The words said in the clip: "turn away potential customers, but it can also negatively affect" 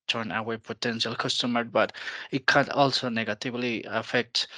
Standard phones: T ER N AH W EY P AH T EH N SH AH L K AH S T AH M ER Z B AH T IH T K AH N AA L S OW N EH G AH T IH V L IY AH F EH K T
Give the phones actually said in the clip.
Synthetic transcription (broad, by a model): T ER N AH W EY P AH T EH N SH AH L K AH S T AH M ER B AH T IH T K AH N AA L S OW N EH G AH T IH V L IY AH F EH K T